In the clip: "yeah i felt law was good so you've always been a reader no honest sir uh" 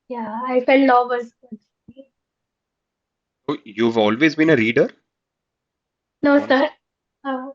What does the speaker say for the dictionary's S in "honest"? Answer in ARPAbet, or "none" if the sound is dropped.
none